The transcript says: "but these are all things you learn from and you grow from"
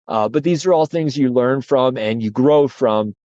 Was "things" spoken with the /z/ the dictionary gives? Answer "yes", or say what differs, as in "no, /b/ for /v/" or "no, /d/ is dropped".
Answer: yes